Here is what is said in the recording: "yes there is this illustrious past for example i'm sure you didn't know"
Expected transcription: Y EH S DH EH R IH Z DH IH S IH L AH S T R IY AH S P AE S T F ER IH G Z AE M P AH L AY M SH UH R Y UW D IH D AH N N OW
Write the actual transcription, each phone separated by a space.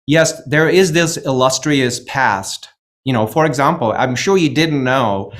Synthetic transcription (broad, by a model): Y EH S DH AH R IH Z DH IH S IH L AH S T R IY AH S P AE S T F ER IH G Z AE M P L AY M SH UH R Y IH D IH D N N OW